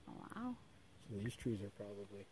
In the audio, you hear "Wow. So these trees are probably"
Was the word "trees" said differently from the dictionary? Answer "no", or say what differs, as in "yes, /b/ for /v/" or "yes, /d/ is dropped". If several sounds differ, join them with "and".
no